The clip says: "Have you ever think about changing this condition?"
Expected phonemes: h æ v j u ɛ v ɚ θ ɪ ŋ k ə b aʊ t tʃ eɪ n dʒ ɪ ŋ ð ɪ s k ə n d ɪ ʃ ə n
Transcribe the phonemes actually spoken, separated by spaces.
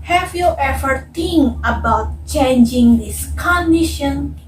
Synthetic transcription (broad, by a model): h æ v j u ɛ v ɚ t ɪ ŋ ə b aʊ t tʃ eɪ n dʒ ɪ ŋ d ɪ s k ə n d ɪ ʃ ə n